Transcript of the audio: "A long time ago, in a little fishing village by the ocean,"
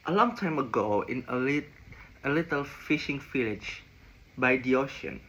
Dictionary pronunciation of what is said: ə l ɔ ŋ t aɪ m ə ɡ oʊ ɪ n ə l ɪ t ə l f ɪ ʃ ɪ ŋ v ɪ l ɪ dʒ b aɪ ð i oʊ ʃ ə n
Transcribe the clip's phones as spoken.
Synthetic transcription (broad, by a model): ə l ɔ ŋ t aɪ m ə ɡ oʊ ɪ n ə l ɪ t ə l f ɪ ʃ ɪ ŋ f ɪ l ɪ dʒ b aɪ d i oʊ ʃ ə n